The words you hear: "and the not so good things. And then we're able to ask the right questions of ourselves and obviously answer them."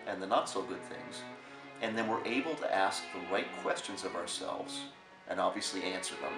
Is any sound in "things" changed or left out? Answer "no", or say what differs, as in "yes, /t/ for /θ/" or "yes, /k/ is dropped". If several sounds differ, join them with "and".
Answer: no